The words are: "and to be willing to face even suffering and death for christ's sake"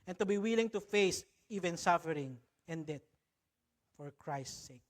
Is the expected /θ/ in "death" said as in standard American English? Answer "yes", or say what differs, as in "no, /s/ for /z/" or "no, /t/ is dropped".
no, /t/ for /θ/